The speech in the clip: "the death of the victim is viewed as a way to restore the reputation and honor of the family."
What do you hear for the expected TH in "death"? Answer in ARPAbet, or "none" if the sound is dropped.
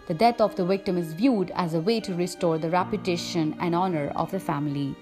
T